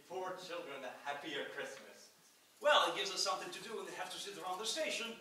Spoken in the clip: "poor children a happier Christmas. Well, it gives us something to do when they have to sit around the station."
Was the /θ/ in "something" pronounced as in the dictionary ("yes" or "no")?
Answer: yes